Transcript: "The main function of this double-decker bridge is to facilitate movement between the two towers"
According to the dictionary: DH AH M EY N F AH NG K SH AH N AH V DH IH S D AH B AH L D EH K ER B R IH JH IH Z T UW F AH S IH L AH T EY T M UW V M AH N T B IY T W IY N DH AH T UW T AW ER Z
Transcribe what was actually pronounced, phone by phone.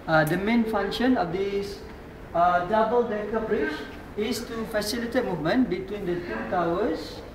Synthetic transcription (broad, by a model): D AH M EY N F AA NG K SH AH N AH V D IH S D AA B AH L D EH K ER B R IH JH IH S T UW F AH S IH L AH T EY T M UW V M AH N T B IY T W IY N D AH T UW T AW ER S